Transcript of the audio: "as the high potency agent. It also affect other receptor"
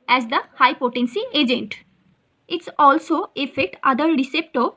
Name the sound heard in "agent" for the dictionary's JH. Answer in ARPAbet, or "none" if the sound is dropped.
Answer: JH